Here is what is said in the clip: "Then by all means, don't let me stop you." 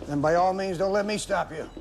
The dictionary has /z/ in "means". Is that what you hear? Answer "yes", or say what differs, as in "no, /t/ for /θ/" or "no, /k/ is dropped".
yes